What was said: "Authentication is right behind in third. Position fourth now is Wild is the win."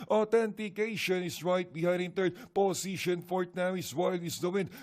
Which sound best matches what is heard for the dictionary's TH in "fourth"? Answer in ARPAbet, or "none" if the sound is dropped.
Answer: T